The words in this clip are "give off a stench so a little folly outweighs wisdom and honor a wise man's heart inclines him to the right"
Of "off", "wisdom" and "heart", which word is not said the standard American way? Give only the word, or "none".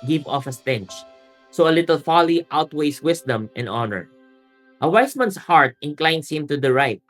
wisdom